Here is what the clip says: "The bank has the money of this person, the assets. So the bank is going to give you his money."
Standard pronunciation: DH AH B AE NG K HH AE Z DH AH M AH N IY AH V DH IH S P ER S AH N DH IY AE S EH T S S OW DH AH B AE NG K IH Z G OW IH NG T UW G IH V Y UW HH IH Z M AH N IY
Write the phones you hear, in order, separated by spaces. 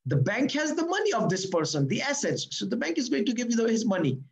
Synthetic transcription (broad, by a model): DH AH B AE NG K HH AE Z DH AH M AH N IY AH V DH IH S P ER S AH N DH IY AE S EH T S S OW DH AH B AE NG K IH Z G OW IH NG T UW G IH V Y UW HH IH Z M AH N IY